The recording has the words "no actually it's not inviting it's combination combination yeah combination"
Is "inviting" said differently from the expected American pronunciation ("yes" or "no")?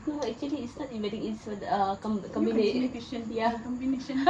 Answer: yes